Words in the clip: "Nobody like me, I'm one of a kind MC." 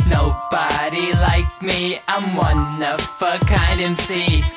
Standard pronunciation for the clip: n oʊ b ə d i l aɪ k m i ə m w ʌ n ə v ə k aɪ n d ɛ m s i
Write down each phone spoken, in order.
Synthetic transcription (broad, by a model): n oʊ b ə d i l aɪ k m i ə m w ʌ n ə f ə k aɪ n d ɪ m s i